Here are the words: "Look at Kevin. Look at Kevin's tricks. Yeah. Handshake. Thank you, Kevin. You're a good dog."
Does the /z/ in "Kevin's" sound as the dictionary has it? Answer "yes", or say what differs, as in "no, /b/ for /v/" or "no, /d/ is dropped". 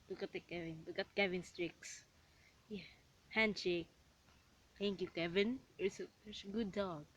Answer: no, /s/ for /z/